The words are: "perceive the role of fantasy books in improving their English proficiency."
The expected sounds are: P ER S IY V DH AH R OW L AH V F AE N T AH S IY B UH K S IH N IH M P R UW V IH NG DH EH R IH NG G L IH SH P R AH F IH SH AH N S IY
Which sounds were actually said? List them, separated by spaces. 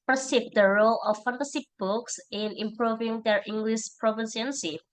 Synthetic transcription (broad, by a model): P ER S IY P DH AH R OW L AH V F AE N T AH S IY B UH K S IH N IH M P R UW V IH NG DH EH R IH NG G L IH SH P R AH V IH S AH N S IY